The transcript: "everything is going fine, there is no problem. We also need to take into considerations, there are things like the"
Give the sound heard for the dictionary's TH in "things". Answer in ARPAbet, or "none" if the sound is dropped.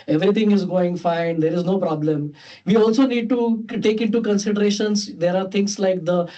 T